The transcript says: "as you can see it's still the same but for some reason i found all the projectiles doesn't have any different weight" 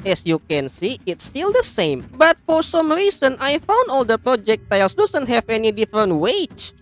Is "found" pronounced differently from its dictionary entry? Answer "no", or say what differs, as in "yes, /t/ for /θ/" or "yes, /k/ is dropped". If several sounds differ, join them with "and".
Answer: no